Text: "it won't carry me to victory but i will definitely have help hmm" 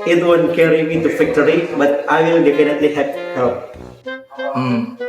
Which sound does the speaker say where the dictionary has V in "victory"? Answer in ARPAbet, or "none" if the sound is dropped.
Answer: F